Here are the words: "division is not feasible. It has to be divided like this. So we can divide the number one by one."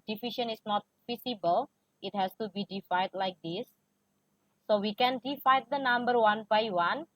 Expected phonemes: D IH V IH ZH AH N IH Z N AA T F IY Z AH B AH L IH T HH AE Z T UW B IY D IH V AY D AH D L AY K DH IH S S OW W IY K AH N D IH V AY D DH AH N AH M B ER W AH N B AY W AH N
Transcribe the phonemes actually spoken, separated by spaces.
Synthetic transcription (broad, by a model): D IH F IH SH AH N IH S N AA T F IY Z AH B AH L IH T HH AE S T UW B IY D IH F AY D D L AY K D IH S S OW W IY K AH N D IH F AY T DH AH N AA M B ER W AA N B AY W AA N